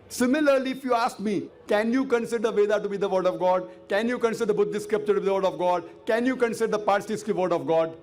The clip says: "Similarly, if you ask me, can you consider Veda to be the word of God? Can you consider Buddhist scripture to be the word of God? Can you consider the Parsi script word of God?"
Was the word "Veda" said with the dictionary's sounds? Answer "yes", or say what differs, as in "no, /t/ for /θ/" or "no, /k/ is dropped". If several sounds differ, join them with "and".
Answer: yes